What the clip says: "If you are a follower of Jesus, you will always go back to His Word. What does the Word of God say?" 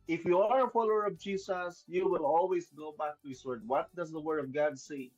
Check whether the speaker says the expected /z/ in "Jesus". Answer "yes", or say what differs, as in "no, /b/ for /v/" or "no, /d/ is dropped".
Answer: no, /s/ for /z/